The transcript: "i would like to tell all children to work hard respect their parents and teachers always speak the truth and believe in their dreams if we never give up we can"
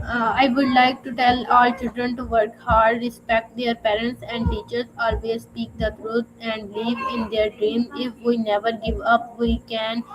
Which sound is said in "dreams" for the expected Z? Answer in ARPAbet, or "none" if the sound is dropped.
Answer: none